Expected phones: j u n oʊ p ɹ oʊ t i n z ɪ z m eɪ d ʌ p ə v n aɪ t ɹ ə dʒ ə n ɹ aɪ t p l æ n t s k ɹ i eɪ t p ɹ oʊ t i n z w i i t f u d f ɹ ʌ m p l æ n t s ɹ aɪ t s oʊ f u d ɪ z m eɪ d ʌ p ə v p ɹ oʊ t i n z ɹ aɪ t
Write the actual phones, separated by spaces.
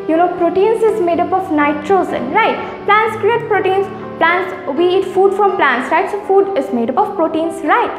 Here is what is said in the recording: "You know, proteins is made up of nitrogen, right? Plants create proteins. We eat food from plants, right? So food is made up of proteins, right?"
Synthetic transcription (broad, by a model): j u n oʊ p ɹ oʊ t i n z ɪ z m eɪ d ʌ p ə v n aɪ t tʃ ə z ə n ɹ aɪ t p l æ n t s k ɹ i eɪ t p ɹ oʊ t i n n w i i t f u d f ɹ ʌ m p l æ n t s ɹ aɪ t s oʊ f u d ɪ z m eɪ d ʌ p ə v p ɹ oʊ t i n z ɹ aɪ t